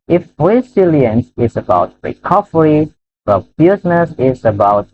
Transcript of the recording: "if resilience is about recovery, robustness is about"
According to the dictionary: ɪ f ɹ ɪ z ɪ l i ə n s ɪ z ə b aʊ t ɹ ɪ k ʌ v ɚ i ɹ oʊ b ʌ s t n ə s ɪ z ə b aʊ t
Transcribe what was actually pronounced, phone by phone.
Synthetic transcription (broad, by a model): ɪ f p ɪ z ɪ l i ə n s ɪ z ə b aʊ t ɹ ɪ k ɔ f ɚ i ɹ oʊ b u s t n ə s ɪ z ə b aʊ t